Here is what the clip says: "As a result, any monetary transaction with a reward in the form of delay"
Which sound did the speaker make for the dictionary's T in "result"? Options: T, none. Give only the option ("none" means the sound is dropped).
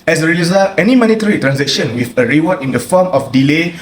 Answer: none